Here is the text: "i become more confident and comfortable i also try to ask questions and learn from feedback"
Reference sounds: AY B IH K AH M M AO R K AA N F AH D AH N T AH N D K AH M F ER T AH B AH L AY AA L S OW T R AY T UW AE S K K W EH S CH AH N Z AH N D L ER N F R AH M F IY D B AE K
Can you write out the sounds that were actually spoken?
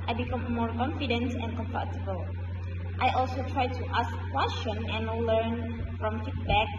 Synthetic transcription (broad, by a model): AY B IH K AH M M AO R K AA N F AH D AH N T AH N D K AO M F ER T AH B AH L AY AA L S OW T R AY T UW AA S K K W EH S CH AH N AH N L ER N F R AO M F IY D B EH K